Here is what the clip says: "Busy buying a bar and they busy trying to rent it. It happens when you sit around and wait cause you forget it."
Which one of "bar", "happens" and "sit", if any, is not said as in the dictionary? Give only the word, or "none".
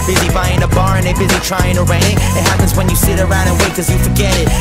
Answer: none